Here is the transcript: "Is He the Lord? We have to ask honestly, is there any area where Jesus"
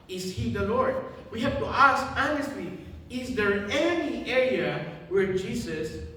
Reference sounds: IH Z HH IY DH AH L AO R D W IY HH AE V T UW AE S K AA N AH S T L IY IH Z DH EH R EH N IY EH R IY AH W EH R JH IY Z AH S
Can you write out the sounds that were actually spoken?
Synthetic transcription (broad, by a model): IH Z HH IY DH AH L AO R D W IY HH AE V T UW AE S K AA N AH S T L IY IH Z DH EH R EH N IY EH R IY AH W EH R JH IY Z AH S